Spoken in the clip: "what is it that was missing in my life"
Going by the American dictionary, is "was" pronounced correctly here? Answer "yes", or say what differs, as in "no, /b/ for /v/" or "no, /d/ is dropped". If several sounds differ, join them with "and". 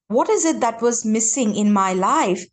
yes